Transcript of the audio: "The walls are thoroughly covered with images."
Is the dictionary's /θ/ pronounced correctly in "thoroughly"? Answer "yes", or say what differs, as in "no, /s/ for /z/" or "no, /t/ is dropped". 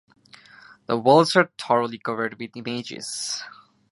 no, /t/ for /θ/